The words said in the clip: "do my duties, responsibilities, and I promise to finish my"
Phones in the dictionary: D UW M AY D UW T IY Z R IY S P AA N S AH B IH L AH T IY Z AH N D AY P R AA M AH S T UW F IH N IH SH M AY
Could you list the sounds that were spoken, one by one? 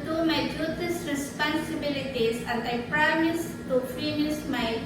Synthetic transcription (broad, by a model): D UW M AY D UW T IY S R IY S P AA N S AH B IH L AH T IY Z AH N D AY P R AA M AH S T UW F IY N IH S M AY